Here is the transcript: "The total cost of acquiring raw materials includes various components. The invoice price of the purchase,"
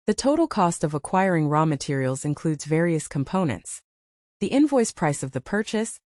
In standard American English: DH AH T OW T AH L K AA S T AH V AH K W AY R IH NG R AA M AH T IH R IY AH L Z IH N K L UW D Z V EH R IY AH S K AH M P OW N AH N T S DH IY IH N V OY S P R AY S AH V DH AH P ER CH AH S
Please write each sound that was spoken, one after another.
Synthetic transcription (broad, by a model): DH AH T OW T L K AA S T AH V AH K W AY R IH NG R AA M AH T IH R IY L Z IH N K L UW D Z V EH R IY AH S K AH M P OW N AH N T S DH IY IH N V OY S P R AY S AH V DH AH P ER CH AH S